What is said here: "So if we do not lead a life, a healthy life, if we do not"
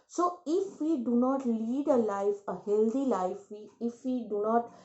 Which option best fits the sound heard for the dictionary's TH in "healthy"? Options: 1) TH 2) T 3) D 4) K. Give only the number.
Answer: 2